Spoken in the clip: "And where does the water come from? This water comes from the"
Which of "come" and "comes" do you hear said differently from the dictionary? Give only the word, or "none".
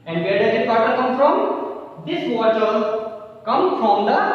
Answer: comes